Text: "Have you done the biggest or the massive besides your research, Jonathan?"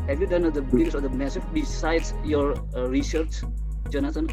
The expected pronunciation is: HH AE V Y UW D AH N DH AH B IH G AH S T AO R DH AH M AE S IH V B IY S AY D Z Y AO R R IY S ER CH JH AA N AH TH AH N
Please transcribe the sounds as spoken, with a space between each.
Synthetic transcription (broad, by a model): HH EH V Y UW D AH N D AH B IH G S AO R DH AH M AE S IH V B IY S AY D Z Y AO R R IY S ER CH JH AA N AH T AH N